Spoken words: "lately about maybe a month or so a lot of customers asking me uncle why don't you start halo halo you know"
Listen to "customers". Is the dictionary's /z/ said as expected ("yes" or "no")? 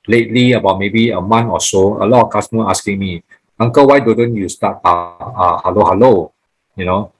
no